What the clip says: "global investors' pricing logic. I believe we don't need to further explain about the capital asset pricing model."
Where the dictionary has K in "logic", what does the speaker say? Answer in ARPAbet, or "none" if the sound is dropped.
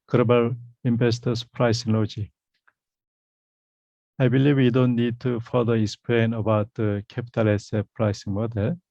none